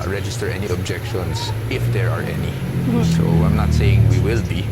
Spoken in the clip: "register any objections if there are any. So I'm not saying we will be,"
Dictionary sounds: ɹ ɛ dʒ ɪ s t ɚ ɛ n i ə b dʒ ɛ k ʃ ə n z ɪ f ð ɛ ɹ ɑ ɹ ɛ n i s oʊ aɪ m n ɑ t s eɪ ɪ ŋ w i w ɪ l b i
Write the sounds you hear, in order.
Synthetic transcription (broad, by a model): ɹ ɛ dʒ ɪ s t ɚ ɛ n i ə b dʒ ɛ k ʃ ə n s ɪ f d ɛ ɹ ɑ ɹ ɛ n i s oʊ aɪ m n ɑ t s eɪ ɪ ŋ w i w ɪ l b i